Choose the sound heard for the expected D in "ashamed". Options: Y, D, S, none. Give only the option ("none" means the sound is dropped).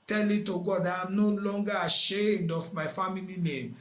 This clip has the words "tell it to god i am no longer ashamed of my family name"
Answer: D